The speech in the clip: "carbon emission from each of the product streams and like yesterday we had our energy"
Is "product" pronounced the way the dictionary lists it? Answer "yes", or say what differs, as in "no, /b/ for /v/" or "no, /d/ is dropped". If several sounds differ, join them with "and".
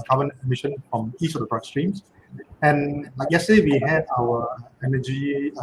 no, /b/ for /p/